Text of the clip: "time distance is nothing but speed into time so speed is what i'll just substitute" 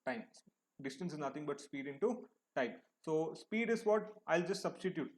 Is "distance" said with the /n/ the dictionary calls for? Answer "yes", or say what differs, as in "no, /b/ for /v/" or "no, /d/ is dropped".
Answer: yes